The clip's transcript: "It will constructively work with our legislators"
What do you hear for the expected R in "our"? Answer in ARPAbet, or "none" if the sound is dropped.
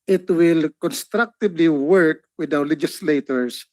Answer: W